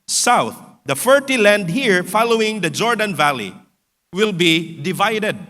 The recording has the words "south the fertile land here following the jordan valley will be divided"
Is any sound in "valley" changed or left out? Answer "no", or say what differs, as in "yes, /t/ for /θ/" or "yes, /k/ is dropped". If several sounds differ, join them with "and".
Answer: no